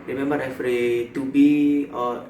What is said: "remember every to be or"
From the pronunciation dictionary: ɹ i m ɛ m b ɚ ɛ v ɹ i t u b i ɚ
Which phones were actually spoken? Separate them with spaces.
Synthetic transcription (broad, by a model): ɹ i m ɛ m b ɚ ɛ f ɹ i t u b i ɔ